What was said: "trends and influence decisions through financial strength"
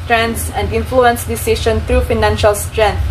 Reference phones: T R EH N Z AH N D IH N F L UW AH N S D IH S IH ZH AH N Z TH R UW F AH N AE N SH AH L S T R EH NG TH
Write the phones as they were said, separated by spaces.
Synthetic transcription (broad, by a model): T R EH N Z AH N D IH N F L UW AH N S D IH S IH SH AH N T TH R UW F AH N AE N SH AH L S T R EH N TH